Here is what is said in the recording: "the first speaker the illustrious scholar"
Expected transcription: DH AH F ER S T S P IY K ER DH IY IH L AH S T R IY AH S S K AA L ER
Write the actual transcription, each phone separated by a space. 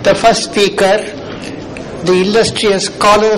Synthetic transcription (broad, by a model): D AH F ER S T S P IY K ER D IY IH N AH S T R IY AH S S K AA L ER